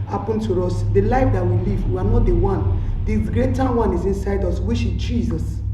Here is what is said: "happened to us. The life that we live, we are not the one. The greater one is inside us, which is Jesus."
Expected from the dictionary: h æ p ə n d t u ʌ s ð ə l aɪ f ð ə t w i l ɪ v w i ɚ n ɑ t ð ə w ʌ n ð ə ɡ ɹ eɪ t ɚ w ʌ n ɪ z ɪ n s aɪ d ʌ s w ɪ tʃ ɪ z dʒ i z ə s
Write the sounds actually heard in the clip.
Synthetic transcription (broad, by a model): h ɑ p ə n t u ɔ s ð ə l aɪ f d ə t w i l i v w i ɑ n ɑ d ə w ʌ n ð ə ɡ ɹ eɪ t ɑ w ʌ n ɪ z ɪ n s aɪ d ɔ s w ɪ ʃ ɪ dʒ i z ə s